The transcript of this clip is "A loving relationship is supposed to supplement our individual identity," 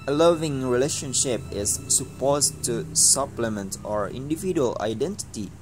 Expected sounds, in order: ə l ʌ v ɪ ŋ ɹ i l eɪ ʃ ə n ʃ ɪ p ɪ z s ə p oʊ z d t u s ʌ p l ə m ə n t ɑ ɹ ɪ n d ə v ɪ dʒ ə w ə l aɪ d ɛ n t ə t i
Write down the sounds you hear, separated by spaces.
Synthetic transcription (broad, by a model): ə l ʌ v ɪ ŋ ɹ i l eɪ ʃ ə n ʃ ɪ p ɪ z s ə p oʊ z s t u s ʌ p l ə m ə n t ɑ ɹ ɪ n d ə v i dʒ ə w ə l aɪ d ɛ n t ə t i